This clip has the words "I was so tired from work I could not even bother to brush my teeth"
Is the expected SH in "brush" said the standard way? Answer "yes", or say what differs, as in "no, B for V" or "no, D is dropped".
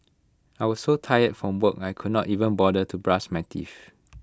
no, S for SH